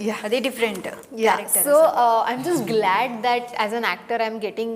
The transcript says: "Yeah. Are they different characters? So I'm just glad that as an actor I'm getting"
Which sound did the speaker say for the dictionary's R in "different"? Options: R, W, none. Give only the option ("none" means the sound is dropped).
R